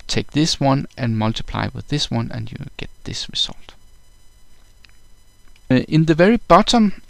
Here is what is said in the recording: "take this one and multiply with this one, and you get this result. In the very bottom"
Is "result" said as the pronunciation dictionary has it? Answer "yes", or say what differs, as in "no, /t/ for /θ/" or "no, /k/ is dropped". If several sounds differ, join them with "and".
no, /s/ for /z/